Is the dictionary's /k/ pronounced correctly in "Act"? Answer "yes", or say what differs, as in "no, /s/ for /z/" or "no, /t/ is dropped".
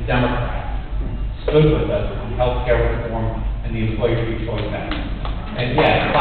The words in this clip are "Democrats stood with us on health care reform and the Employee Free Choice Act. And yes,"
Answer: no, /k/ is dropped